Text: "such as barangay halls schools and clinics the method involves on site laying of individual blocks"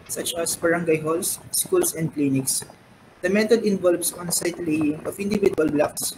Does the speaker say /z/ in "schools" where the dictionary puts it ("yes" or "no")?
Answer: no